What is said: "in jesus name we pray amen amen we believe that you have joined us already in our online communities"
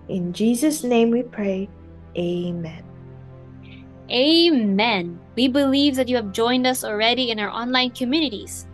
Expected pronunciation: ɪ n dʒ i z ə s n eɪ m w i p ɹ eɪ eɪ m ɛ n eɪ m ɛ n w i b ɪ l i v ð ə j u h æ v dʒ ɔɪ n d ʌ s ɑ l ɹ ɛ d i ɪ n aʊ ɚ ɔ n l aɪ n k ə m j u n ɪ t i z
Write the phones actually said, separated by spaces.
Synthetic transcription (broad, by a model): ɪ n dʒ i z ə s n eɪ m w i p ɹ eɪ eɪ m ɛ n eɪ m ɛ n w i b ɪ l i v ð ə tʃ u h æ v dʒ ɔɪ n d ʌ s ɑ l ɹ ɛ d i ɪ n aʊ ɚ ɔ n l aɪ n k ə m j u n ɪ t i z